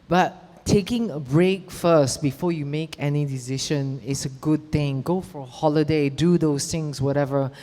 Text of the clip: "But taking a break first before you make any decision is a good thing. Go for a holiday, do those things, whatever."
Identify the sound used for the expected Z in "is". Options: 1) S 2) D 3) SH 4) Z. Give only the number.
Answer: 1